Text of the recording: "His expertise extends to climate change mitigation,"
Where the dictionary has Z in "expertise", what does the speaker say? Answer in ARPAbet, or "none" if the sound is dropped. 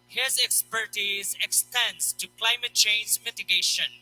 Z